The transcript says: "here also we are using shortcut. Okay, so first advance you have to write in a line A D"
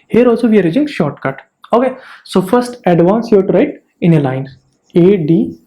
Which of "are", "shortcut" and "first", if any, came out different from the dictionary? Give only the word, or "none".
none